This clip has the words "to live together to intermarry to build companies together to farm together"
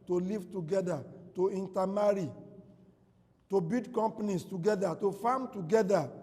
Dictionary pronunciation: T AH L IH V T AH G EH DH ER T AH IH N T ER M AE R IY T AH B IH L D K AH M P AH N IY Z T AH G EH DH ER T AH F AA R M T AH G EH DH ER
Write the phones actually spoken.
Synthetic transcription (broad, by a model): T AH L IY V T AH G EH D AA T AH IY N T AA M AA R IY T AH B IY D K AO M P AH N IY S T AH G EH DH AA T AH F AA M T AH G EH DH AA